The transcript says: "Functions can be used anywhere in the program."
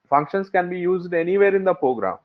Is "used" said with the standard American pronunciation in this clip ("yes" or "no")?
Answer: yes